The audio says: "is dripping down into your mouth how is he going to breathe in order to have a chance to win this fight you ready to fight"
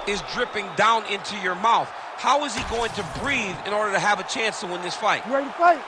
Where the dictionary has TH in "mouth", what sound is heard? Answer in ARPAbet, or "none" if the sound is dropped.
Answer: TH